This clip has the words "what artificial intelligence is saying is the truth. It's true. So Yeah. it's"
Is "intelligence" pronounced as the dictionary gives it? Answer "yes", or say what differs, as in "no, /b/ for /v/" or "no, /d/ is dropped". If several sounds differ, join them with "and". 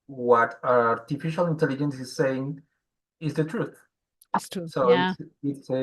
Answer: yes